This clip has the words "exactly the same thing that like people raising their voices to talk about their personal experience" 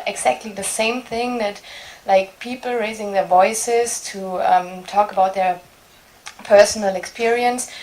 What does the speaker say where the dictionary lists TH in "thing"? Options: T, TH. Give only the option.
TH